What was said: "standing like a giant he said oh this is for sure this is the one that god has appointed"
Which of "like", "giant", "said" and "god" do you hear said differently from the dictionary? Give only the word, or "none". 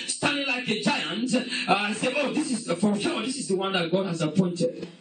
said